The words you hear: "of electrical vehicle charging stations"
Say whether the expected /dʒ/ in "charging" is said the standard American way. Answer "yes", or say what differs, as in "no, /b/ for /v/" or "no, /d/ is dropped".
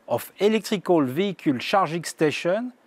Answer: no, /ʒ/ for /dʒ/